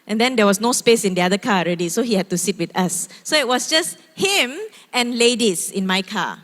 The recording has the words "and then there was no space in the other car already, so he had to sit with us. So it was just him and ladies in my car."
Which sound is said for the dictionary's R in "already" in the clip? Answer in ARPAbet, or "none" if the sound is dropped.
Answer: R